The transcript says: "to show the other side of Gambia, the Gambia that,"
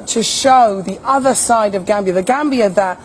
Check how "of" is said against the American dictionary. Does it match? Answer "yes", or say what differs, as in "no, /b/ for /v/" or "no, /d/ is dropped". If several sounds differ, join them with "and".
yes